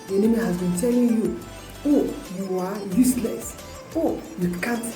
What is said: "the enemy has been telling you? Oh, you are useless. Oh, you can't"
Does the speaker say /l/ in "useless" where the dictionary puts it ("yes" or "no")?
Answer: yes